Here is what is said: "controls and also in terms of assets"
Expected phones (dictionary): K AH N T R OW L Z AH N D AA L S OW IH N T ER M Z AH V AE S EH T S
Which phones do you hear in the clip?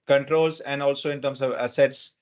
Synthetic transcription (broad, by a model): K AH N T R OW L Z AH N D AA L S OW IH N T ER M S AH V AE S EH T S